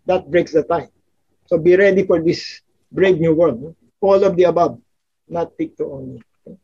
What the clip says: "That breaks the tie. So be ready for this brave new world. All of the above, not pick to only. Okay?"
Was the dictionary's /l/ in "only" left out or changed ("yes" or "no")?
yes